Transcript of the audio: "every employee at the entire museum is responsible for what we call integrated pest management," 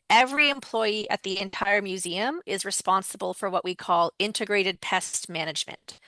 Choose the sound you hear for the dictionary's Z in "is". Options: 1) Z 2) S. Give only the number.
1